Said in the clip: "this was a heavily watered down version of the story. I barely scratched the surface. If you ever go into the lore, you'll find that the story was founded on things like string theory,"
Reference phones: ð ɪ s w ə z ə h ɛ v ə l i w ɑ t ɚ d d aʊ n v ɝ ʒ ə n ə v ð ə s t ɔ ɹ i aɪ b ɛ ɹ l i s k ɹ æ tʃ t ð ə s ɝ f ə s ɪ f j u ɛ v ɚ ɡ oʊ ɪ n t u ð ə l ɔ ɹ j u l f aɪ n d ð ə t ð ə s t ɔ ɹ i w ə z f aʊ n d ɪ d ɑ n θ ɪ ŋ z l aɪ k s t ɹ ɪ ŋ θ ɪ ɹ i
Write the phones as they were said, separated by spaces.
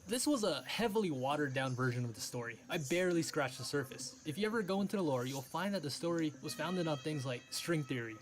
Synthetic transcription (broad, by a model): ð ɪ s w ə z ə h ɛ v l i w ɑ t ɚ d d aʊ n v ɝ ʒ ə n ə v ð ə s t ɔ ɹ i aɪ b ɛ ɹ l i s k ɹ æ tʃ ð ə s ɝ f ə s ɪ f j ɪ ɛ v ɚ ɡ oʊ ɪ n t u ð ə l ɔ ɹ j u l f aɪ n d ð ə t ð ə s t ɔ ɹ i w ə z f aʊ n d ɪ d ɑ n θ ɪ ŋ z l aɪ k s t ɹ ɪ ŋ θ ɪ ɹ i